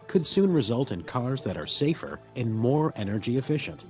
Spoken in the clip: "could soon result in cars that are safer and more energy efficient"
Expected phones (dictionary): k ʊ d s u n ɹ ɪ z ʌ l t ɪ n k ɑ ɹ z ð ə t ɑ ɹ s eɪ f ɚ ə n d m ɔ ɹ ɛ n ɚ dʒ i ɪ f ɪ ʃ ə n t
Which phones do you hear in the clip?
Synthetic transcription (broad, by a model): k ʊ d s u n ɹ ɪ z ʌ l t ɪ n k ɑ ɹ z ð ə t ɑ ɹ s eɪ f ɚ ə n m ɔ ɹ ɛ n ɚ dʒ i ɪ f ɪ ʃ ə n t